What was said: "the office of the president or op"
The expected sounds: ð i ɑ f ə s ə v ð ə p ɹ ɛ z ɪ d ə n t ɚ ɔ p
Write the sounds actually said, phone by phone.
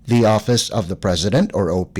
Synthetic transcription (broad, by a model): ð i ɑ f ə s ə v ð ə p ɹ ɛ z ɪ d ə n t ɚ ɔ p